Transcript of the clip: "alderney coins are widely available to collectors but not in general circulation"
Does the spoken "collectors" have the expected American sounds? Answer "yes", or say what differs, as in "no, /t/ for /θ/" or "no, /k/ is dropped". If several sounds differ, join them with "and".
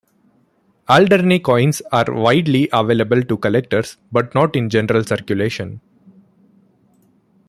no, /s/ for /z/